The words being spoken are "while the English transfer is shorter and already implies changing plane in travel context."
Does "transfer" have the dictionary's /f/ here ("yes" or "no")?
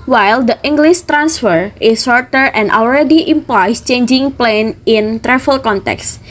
yes